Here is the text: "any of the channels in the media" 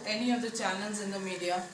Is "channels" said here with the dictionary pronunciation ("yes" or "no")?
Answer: no